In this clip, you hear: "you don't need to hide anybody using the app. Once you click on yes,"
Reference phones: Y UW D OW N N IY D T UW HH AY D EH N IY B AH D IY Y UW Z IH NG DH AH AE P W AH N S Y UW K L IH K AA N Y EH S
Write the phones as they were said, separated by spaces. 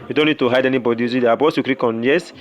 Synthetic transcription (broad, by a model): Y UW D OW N N IY D T UW HH AY D EH N IY B AH D IY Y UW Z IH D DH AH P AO S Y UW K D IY K AA N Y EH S